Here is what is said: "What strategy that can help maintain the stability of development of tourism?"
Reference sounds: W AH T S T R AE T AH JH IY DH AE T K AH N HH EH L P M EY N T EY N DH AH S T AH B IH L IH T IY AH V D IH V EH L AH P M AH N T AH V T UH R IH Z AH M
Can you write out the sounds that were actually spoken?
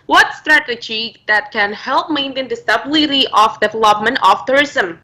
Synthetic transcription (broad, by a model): W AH T S T R AE T AH JH IY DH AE T K AH N HH EH L P M EY N T EY N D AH S T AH B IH L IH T IY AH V D IH V EH L AH P M AH N T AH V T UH R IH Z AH M